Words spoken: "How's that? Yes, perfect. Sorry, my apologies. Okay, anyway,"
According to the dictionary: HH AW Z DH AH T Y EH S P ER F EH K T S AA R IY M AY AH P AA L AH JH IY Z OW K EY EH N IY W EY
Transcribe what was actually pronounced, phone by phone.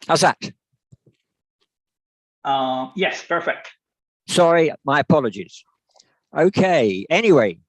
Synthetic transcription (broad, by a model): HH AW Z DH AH T Y EH S P ER F EH K T S AA R IY M AY AH P AA L AH JH IY Z OW K EY EH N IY W EY